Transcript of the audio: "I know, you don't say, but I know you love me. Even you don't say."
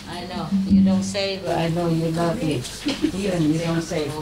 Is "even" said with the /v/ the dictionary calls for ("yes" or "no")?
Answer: no